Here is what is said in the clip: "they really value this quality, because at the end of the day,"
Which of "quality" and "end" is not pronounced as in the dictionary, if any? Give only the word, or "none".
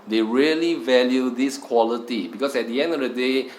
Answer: none